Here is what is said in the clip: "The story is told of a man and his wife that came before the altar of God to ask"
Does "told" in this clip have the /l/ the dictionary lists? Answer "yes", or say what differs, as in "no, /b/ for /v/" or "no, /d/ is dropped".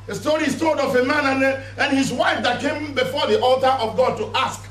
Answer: no, /l/ is dropped